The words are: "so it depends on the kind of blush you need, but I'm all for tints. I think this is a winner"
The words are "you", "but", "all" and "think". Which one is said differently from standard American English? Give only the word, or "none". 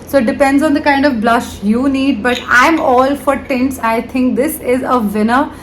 think